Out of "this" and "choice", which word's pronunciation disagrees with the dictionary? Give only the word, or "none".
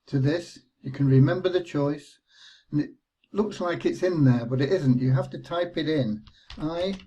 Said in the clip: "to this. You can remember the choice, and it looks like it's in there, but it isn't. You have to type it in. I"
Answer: none